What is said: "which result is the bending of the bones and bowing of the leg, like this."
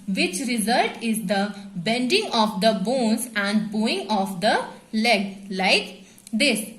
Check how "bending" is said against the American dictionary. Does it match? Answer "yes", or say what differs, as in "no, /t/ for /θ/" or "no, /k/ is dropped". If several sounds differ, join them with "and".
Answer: yes